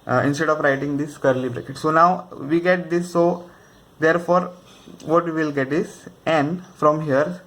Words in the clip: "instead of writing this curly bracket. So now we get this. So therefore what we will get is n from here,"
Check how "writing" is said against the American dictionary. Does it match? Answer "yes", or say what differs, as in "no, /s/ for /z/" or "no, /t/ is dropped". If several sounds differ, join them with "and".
yes